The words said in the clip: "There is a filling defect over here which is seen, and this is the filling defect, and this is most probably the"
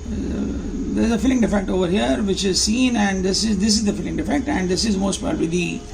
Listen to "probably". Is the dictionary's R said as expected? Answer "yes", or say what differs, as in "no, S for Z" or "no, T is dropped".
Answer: no, R is dropped